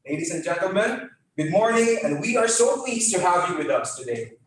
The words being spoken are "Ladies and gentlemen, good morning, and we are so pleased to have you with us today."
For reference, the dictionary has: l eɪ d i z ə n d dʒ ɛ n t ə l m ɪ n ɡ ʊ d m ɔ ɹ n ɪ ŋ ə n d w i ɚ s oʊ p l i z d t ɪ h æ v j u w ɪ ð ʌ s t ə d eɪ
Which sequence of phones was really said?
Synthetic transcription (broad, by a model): l eɪ d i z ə n dʒ ɛ n t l m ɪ n ɡ ʊ d m ɔ ɹ n ɪ ŋ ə n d w i ɚ s oʊ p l i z t ɪ h æ v j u w ɪ ð ʌ s t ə d eɪ